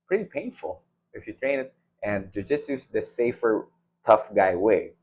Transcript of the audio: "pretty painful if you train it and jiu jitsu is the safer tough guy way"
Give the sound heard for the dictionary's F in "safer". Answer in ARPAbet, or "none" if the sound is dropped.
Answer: F